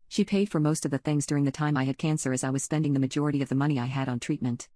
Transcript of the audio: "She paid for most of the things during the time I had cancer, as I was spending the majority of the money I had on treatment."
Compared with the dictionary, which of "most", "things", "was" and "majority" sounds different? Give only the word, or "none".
none